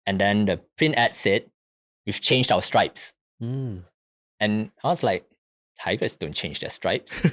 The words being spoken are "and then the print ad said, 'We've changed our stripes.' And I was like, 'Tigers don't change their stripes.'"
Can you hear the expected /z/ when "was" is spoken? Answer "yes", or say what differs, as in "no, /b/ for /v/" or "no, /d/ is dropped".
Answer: no, /s/ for /z/